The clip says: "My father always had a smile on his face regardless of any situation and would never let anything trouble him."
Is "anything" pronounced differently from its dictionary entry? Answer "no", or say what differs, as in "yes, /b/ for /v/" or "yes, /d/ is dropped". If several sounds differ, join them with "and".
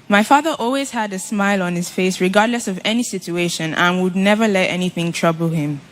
no